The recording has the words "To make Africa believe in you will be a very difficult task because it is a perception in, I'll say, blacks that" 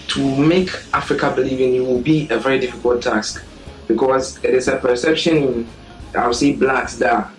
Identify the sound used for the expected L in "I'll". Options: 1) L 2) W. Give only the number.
2